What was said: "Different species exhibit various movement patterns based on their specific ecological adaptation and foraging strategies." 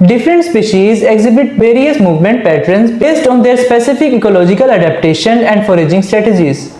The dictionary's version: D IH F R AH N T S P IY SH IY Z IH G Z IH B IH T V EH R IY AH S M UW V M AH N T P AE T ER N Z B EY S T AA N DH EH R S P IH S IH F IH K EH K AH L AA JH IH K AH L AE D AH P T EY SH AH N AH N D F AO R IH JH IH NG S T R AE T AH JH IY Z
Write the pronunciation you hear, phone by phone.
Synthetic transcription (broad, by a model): D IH F R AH N T S P IY SH IY Z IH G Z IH B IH T V EH R IY AH S M UW V M AH N T P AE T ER N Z B EY S T AA N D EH R S P IH S IH F IH K EH K AH L AA JH IH K AH L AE D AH P T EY SH AH N AH N D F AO R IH JH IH NG S T R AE T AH JH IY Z